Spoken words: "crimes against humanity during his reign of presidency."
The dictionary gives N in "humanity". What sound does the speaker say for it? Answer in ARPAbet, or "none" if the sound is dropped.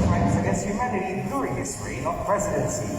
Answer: none